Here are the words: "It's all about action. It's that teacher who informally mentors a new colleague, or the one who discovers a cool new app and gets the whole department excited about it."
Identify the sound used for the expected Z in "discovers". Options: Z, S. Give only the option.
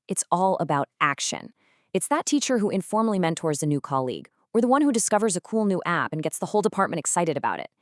Z